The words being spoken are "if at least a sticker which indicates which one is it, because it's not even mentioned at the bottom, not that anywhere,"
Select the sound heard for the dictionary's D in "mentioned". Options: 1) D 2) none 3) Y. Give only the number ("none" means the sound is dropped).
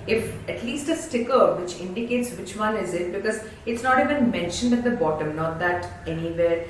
1